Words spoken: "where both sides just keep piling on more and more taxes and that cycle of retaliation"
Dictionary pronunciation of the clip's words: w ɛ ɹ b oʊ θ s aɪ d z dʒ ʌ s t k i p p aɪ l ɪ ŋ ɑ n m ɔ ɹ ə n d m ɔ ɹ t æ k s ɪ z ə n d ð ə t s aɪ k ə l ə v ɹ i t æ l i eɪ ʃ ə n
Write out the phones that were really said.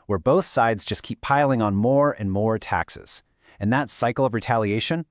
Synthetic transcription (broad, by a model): w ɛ ɹ b oʊ θ s aɪ d z dʒ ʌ s k i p p aɪ l ɪ ŋ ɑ n m ɔ ɹ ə n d m ɔ ɹ t æ k s ɪ z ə n ð ə t s aɪ k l ə v ɹ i t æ l i eɪ ʃ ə n